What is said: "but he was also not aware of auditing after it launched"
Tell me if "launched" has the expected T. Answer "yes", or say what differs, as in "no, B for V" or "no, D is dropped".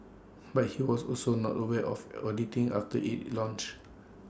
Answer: no, T is dropped